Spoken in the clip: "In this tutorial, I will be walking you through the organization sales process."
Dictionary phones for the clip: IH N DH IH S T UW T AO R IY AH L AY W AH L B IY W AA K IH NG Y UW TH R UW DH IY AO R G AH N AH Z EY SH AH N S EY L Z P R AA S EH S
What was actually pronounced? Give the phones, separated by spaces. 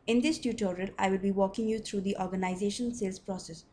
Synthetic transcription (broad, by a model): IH N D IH S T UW T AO R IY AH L AY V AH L B IY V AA K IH NG Y UW T R UW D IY AO R G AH N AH Z EY SH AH N S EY L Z P R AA S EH S